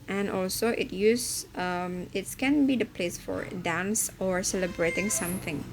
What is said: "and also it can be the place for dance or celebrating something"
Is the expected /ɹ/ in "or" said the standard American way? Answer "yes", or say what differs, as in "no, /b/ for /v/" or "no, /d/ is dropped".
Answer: yes